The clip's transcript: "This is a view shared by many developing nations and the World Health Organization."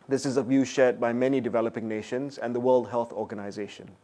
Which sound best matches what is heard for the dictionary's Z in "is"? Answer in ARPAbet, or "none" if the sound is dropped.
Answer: Z